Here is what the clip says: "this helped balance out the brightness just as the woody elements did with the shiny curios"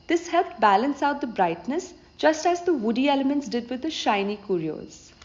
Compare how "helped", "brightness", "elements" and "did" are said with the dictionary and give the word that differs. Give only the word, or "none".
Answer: helped